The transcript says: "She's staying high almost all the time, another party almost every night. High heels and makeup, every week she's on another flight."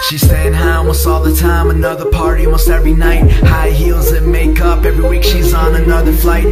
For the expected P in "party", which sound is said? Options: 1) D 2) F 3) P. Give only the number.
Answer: 3